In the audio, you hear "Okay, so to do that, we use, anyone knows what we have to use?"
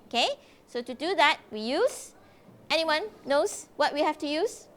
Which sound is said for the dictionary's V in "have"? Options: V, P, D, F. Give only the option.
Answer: F